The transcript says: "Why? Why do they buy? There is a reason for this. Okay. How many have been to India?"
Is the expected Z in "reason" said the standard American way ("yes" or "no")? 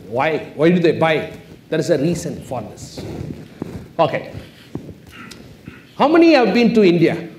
no